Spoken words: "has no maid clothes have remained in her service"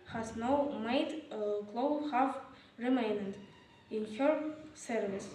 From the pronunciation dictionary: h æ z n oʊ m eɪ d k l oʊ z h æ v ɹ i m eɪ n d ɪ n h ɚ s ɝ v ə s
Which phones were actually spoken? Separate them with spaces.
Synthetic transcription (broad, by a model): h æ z n oʊ m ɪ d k l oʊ h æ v ɹ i m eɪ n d ɪ n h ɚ s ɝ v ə s